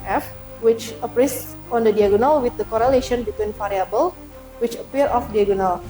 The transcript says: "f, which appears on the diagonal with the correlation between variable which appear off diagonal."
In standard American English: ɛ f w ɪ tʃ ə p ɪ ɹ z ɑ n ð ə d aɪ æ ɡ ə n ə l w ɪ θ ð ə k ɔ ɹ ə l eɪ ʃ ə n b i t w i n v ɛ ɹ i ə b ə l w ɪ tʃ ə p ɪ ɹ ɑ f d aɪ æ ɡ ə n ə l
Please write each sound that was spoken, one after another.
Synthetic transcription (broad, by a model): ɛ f w ɪ tʃ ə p ɹ s ɑ n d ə d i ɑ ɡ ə n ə l w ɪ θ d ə k ɔ ɹ ə l eɪ ʃ ə n b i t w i n f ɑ ɹ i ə b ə l w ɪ tʃ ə p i ɹ ɑ f d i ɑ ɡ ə n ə l